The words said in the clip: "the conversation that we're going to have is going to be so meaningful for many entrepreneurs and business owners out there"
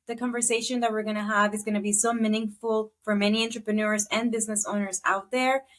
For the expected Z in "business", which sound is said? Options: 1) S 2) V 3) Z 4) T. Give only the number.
3